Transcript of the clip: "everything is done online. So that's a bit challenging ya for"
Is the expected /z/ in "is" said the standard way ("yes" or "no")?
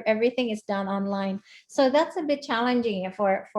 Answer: yes